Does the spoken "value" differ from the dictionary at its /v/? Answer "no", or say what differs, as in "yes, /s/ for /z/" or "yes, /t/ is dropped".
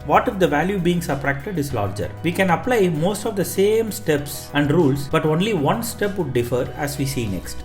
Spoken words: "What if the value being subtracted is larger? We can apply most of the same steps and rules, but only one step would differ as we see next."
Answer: no